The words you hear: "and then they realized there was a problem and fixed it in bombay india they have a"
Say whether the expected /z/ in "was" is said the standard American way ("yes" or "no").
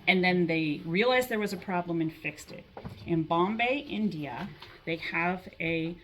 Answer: yes